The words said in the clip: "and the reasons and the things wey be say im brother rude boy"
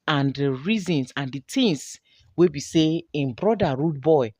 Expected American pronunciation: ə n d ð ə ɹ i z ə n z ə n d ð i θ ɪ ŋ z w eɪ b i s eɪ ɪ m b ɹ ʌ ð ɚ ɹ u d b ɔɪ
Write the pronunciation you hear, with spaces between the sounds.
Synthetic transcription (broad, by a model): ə n d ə ɹ i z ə n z ə n d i t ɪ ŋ s w eɪ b i s eɪ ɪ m b ɹ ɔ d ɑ ɹ u d b ɔɪ